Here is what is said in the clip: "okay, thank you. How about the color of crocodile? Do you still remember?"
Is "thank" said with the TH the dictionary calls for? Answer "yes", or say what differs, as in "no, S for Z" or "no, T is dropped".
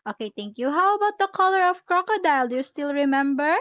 no, T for TH